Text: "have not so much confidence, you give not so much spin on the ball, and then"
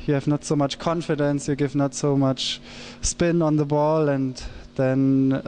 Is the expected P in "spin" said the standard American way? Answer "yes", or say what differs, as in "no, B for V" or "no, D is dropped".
yes